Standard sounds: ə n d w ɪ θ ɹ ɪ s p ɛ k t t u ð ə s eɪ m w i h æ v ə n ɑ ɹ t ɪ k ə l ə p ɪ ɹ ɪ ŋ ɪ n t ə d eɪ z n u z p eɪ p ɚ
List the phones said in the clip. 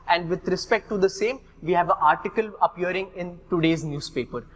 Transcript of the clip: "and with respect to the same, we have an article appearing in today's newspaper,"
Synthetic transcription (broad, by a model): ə n d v ɪ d ɹ ɪ s p ɛ k t t u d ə s eɪ m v i h æ v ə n ɑ ɹ t ɪ k ə l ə p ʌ ɹ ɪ ŋ ɪ n t ə d eɪ z n u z p eɪ p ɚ